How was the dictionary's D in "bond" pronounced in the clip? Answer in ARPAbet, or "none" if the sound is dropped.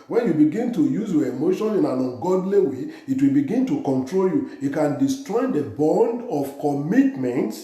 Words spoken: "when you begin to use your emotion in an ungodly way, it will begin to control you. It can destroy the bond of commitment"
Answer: D